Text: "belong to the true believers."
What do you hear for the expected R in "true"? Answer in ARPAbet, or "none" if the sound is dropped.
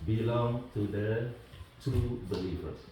none